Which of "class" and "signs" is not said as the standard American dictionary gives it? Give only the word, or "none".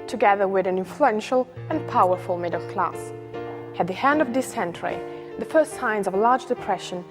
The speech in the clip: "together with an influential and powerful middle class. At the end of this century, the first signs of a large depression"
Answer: none